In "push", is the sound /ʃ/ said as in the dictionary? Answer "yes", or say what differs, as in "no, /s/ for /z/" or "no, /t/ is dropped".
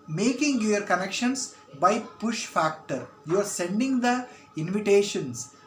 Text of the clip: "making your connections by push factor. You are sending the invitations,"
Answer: yes